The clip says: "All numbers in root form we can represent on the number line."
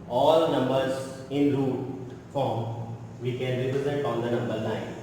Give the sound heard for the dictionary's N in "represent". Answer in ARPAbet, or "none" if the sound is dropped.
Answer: none